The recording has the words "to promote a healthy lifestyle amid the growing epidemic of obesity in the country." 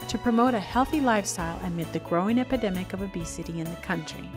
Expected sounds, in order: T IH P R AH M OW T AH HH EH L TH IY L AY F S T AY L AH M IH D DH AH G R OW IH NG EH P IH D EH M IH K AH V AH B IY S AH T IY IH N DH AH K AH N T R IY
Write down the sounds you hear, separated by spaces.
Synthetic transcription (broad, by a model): T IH P R AH M OW T AH HH EH L TH IY L AY F S T AY L AH M IH D DH AH G R OW IH NG EH P IH D EH M IH K AH V AH B IY S AH T IY IH N DH AH K AH N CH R IY